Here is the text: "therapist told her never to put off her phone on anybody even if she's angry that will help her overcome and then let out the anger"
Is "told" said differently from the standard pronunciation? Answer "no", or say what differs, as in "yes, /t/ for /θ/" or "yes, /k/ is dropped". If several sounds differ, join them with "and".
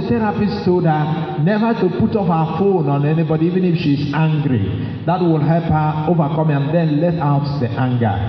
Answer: yes, /l/ is dropped